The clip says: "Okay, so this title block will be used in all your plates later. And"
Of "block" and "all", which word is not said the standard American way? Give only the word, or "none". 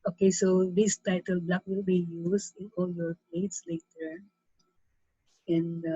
none